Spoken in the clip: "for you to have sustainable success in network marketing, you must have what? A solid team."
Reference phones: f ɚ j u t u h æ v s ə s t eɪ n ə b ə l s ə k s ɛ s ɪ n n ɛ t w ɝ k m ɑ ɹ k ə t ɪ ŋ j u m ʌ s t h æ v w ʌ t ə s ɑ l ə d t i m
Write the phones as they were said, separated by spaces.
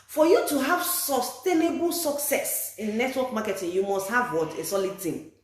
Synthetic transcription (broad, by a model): f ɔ j u t u h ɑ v s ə s t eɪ n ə b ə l s ə k s ɛ s ɪ n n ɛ t w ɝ k m ɑ k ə t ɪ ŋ j u m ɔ s t h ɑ v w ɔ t ə s ɑ l ə d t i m